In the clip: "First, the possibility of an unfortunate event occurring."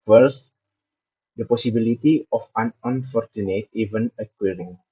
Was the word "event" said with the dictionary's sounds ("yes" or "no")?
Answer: no